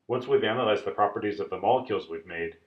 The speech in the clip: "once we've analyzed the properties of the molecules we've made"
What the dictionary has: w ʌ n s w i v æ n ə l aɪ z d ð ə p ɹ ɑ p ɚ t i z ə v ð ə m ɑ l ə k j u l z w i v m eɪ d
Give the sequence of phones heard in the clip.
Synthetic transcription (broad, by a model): w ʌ n s w i v æ n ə l aɪ z ð ə p ɹ ɑ p ɚ t i z ə v ð ə m ɑ l ə k j u l z w i v m eɪ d